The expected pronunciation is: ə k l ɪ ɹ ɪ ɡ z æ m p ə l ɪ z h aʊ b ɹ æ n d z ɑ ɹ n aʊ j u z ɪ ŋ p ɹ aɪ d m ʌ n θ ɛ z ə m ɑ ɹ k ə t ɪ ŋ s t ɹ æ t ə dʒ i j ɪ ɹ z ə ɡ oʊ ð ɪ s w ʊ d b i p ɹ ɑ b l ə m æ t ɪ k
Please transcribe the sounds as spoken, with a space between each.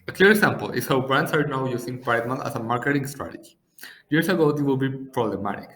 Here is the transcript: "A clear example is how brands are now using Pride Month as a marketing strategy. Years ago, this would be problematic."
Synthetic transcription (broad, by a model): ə k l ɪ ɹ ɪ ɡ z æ m p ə l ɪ s h aʊ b ɹ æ n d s ɑ ɹ n aʊ j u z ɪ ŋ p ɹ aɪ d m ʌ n t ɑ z ə m ɑ ɹ k ə t ɪ ŋ s t ɹ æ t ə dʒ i j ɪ ɹ s ə ɡ oʊ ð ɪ w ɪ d b i p ɹ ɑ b l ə m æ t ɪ k